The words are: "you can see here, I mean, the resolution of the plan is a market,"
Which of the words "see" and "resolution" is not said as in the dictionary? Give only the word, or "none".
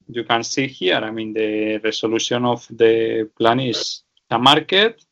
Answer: resolution